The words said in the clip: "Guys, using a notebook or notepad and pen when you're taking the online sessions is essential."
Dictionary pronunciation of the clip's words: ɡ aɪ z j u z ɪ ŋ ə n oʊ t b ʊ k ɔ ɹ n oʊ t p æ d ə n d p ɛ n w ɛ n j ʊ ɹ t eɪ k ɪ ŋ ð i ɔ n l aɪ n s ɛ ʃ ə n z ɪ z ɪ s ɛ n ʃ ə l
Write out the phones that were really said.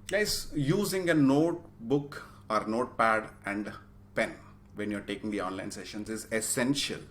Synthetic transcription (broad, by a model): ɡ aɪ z j u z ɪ ŋ ə n oʊ t b ʊ k ɔ ɹ n oʊ t p æ d ə n d p ɛ n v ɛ n j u ɹ t eɪ k ɪ ŋ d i ɔ n l aɪ n s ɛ ʃ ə n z ɪ z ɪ s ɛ n ʃ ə l